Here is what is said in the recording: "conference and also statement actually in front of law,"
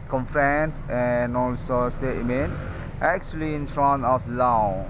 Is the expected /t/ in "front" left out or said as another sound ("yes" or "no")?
yes